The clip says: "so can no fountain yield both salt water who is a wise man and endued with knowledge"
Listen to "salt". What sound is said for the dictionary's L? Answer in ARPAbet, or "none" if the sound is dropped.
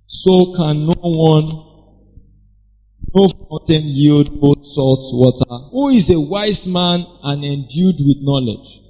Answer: L